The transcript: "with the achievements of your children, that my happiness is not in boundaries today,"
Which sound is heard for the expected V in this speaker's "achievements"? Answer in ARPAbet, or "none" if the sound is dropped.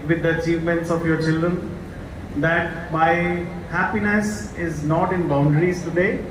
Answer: V